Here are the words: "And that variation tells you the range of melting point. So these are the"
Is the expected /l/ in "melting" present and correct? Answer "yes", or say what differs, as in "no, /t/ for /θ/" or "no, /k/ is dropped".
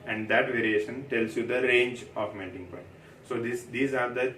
no, /n/ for /l/